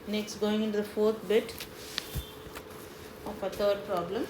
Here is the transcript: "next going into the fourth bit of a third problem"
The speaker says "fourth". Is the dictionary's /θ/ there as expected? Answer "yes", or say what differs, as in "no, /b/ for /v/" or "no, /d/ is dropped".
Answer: no, /t/ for /θ/